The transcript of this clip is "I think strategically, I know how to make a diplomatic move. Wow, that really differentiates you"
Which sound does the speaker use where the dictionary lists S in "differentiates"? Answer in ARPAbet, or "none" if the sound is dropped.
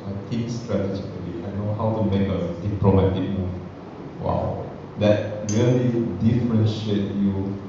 none